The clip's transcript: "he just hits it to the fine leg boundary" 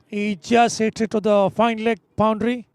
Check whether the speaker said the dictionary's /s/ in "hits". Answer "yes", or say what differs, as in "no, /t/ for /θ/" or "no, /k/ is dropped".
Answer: no, /s/ is dropped